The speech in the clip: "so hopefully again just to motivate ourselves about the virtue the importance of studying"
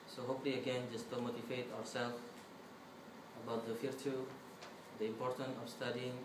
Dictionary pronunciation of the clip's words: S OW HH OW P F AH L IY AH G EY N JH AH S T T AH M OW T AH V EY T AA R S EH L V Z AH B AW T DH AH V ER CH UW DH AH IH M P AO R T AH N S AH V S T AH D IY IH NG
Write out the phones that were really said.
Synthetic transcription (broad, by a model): S OW HH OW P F L IY AH G EY N JH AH S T T AH M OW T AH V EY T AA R S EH L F AH B AW T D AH F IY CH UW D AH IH M P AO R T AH N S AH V S T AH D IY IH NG